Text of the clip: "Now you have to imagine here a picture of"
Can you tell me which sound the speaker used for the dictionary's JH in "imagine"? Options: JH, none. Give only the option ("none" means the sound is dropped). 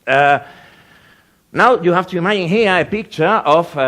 none